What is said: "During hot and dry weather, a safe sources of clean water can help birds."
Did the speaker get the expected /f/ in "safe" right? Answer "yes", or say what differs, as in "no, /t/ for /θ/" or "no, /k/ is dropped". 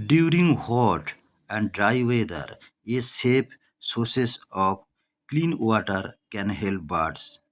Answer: no, /p/ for /f/